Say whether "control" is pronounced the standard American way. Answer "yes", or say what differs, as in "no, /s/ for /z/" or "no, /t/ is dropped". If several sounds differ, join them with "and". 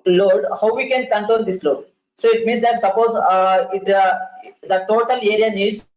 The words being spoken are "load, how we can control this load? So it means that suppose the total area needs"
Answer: no, /ɹ/ is dropped